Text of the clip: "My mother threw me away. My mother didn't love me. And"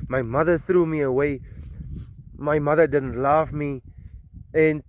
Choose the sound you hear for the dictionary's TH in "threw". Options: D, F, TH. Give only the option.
TH